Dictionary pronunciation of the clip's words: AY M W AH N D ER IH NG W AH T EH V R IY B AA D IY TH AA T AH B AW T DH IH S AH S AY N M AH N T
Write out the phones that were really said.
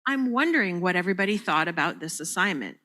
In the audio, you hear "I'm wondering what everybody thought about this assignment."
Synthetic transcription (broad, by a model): AY M W AH N D ER IH NG W AH T EH V R IY B AA D IY TH AA T AH B AW T DH IH S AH S AY N M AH N T